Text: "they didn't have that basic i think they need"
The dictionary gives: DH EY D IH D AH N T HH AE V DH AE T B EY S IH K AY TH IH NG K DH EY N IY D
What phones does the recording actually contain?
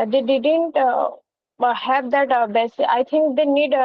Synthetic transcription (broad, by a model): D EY D IH D AH N T HH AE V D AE T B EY S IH AY T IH NG K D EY N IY D